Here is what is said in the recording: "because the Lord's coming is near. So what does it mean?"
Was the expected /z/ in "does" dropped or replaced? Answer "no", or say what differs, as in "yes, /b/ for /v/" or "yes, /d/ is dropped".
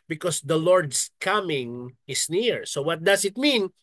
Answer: yes, /s/ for /z/